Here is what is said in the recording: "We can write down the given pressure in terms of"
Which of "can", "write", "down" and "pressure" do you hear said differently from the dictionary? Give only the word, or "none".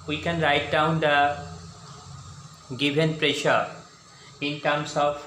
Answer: none